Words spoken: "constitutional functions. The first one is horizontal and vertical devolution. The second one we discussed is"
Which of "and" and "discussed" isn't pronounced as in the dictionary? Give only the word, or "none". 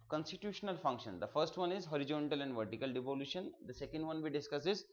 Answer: discussed